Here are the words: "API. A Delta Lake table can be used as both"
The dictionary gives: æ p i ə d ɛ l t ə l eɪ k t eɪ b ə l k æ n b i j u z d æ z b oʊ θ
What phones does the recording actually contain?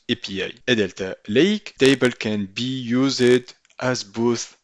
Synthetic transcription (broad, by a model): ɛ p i ə d ɛ l t ə l eɪ k t eɪ b ə l k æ n b i j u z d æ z b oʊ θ